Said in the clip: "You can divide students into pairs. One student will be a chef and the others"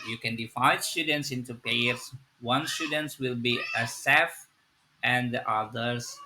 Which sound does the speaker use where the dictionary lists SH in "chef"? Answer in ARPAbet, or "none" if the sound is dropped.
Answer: S